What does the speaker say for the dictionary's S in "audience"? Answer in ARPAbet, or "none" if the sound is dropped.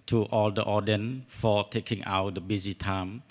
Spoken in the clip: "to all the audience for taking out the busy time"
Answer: none